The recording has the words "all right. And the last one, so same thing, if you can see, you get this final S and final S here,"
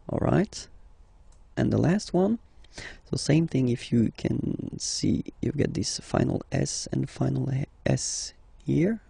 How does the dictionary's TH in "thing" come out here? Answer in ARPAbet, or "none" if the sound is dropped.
TH